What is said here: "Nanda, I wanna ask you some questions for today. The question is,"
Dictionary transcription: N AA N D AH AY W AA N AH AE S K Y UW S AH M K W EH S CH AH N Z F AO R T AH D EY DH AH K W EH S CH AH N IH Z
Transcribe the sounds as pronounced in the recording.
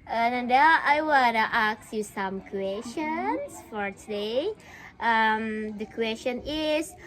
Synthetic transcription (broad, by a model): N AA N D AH AY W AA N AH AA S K Y UW S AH M K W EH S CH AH N S F AO R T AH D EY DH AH K W EH S CH AH N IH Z